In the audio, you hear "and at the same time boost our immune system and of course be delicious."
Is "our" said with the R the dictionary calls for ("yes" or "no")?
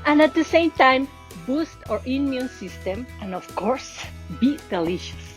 yes